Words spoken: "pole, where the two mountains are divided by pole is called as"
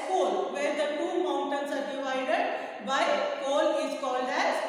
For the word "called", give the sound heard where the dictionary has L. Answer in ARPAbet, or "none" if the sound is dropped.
L